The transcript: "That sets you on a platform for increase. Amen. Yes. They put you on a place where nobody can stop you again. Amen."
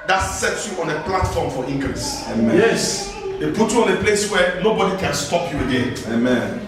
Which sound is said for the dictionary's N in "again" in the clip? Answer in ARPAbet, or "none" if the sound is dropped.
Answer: none